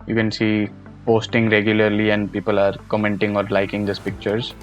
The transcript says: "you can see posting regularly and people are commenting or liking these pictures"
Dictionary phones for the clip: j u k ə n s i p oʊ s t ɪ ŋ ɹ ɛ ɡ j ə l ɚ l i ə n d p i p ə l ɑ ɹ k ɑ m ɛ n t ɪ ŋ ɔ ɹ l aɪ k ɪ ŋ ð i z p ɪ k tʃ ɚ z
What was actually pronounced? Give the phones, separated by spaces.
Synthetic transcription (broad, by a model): j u k ə n s i p oʊ s t ɪ ŋ ɹ ɛ ɡ j ə l ɚ l i ə n d p i p ə l ɑ ɹ k ɑ m ɛ n t ɪ ŋ ɔ ɹ l aɪ k ɪ ŋ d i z p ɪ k tʃ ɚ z